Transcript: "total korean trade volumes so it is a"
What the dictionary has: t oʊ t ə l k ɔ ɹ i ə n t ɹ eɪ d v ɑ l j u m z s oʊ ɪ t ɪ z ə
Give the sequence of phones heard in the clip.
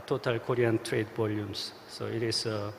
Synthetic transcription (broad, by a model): t oʊ t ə l k ɔ ɹ i ə n t ɹ eɪ d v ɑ l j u m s s oʊ ɪ t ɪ s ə